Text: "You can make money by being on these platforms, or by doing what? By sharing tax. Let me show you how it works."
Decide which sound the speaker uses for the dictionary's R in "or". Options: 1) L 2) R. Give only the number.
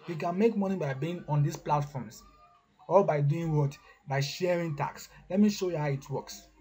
1